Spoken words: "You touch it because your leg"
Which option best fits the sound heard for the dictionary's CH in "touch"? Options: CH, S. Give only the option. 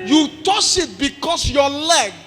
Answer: S